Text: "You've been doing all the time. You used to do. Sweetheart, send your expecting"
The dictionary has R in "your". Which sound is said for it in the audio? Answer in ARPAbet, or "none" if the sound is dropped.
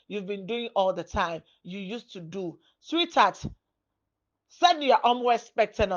W